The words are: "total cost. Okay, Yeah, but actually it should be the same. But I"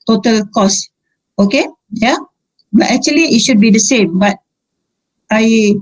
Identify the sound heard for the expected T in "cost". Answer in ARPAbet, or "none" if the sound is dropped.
none